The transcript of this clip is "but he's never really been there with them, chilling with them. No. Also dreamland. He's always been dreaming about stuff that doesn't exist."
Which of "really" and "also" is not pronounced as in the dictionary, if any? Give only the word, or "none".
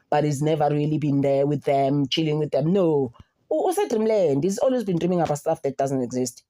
also